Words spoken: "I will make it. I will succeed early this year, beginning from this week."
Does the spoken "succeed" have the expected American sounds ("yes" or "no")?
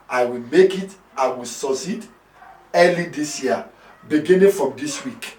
no